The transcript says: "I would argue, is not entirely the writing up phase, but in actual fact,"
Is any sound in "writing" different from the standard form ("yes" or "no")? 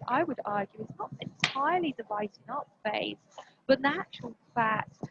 yes